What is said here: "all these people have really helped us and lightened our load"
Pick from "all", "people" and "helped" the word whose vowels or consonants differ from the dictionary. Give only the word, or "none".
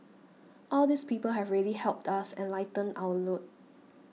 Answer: none